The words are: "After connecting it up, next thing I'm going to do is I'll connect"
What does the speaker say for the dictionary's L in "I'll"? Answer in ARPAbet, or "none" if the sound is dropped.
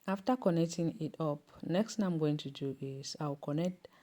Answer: W